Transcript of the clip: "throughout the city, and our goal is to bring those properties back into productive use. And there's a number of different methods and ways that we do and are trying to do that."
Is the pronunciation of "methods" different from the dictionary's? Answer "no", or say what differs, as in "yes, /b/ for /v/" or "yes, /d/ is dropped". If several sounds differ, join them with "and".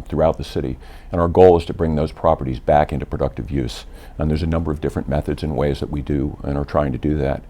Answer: no